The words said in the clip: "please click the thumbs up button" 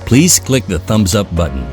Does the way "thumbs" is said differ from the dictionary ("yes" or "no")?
no